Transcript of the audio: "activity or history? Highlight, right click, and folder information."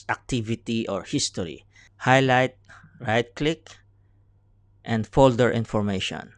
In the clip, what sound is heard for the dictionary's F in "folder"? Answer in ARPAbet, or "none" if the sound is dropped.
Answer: F